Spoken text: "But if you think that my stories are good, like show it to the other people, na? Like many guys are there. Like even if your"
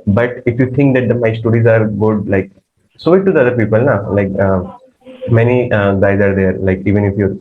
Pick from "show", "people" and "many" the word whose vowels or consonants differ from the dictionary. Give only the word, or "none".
show